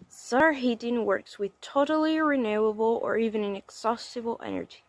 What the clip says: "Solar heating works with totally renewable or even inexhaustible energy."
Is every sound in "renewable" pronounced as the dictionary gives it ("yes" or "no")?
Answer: yes